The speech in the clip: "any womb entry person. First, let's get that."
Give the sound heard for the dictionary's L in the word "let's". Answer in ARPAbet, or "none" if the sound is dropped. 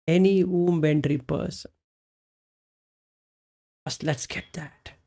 L